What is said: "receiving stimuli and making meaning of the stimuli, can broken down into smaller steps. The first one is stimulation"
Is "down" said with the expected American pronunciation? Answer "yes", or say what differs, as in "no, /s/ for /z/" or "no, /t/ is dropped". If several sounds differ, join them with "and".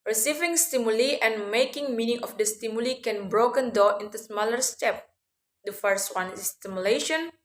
no, /n/ is dropped